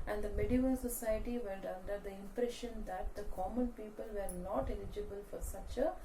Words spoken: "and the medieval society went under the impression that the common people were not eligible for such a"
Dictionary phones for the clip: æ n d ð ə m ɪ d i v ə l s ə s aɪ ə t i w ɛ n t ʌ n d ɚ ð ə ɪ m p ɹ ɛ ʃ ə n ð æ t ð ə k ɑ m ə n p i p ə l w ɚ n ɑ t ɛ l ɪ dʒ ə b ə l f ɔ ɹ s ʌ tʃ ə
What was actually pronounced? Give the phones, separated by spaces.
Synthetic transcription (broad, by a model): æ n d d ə m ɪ d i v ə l s ə s aɪ ə t i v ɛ l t ʌ n d ɚ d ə ɪ m p ɹ ɛ ʃ ə n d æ t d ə k ɑ m ə n p i p ə l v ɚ n ɑ t ɛ l ɪ dʒ ə b ə l f ɔ ɹ s ʌ tʃ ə